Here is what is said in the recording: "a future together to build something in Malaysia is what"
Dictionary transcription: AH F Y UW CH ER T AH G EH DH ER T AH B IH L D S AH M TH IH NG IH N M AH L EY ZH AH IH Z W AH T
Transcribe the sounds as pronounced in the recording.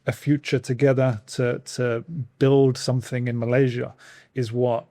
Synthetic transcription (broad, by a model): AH F Y UW CH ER T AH G EH DH ER T AH B IH L D S AH M TH IH NG IH N M AH L EY ZH AH IH Z W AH T